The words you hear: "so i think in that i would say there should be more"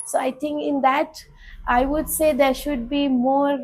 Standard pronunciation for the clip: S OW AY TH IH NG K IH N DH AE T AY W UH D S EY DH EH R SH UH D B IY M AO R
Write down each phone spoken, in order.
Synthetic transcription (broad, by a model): S OW AY T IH NG K IH N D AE T AY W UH D S EY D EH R SH UH D B IY M AO R